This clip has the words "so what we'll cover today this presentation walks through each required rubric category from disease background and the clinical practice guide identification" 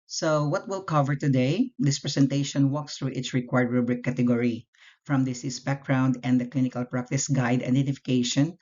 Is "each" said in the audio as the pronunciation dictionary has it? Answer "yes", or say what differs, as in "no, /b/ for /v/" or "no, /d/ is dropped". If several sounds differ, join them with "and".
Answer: no, /s/ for /tʃ/